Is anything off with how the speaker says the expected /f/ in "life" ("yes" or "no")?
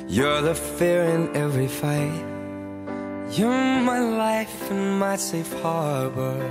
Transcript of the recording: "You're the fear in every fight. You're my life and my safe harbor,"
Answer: no